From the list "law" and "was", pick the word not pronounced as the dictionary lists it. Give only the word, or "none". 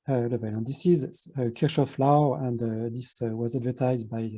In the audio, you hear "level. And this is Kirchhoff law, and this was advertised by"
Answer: none